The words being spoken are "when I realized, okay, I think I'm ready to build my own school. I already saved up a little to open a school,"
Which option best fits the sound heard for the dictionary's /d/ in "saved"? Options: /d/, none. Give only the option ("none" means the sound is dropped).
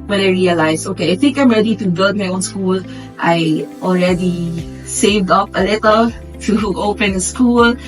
/d/